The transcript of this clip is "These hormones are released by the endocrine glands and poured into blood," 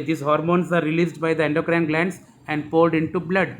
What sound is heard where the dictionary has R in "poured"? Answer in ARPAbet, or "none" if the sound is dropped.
L